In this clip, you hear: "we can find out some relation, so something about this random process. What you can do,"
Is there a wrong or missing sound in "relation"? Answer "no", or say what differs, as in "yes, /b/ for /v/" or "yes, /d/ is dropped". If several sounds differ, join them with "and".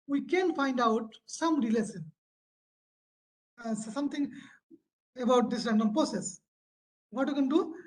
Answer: yes, /s/ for /ʃ/